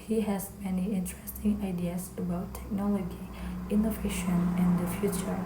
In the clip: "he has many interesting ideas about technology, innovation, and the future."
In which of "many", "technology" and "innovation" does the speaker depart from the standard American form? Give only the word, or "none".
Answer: none